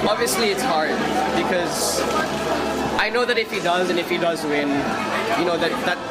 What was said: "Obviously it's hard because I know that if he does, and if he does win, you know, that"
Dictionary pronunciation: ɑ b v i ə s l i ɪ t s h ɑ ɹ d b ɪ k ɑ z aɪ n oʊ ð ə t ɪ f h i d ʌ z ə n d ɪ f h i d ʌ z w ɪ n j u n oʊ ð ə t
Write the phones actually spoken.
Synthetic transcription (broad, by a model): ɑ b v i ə s l i ɪ t s h ɑ ɹ d b ɪ k ɑ z aɪ n oʊ ð ə t ɪ f h i d ʌ z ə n ɪ f h i d ʌ z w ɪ n j u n oʊ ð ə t